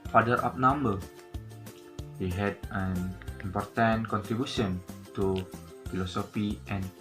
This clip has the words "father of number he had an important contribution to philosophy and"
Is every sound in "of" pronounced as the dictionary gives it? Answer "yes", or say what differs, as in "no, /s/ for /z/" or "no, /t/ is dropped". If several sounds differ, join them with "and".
no, /p/ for /v/